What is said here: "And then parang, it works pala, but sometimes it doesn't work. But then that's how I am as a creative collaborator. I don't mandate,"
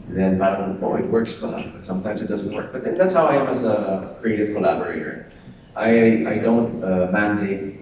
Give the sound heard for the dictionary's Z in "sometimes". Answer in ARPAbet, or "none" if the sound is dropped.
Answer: Z